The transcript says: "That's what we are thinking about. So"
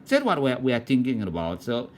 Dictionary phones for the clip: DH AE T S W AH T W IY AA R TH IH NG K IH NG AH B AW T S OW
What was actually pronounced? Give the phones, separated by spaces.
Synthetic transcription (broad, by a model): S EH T W AH T W IY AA W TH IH NG K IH NG AH B AW T S OW